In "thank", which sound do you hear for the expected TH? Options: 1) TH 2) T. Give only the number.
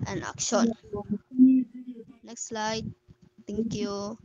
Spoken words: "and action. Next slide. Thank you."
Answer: 2